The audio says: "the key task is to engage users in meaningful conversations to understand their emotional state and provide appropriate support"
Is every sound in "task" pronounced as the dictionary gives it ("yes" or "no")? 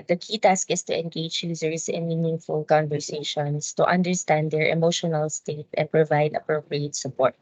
yes